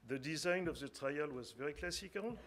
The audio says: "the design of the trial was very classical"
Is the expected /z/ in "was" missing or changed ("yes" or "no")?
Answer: no